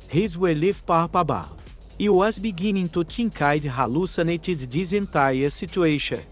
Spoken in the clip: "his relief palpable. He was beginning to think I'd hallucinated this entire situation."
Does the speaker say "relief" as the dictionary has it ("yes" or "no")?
no